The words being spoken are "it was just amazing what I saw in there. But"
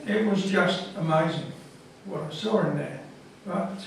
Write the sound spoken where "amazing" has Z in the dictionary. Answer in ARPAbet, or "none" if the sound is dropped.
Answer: Z